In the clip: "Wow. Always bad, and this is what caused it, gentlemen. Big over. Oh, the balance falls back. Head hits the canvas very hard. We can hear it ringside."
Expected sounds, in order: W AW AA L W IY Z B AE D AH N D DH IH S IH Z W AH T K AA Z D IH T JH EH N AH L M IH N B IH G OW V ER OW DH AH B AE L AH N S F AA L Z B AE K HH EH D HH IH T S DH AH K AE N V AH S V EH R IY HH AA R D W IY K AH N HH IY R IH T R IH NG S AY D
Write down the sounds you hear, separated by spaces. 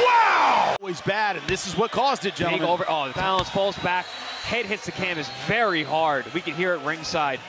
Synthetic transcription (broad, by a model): W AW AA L W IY Z B AE D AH N DH IH S IH Z W AH T K AA Z D IH T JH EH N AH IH V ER OW DH AH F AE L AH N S F AA L Z B AE K HH EH D HH IH T S DH AH K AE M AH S V EH R IY HH AA R D W IY K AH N HH IY R IH T R IH NG S AY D